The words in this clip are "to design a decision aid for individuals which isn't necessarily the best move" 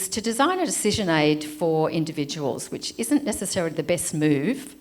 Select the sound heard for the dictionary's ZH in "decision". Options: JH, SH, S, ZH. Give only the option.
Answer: ZH